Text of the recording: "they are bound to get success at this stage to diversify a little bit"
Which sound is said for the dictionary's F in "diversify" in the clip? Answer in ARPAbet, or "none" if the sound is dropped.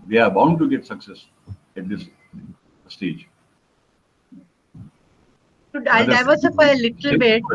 P